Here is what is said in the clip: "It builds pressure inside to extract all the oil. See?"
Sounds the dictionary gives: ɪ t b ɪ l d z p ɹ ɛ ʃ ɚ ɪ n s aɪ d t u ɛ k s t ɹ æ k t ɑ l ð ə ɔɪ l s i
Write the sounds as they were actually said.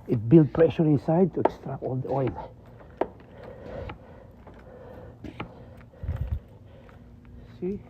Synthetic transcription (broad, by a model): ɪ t b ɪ l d p ɹ ɛ ʃ ɚ ɪ n s aɪ d t u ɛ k s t ɹ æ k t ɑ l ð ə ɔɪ n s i